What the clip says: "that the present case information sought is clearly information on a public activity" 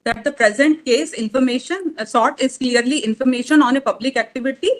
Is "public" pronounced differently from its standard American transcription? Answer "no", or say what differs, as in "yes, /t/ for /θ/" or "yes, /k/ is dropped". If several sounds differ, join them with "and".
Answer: no